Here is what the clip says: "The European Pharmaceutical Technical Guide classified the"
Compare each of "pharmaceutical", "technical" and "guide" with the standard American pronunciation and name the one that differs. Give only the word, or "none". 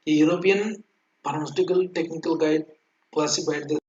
pharmaceutical